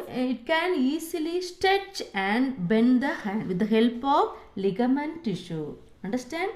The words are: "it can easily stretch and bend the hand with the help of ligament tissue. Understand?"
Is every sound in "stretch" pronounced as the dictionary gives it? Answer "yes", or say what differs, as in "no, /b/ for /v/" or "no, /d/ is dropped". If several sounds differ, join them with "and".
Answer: no, /ɹ/ is dropped